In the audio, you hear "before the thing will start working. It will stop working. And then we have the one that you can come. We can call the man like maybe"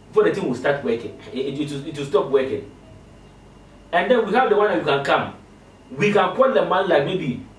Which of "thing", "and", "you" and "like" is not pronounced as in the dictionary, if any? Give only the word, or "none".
thing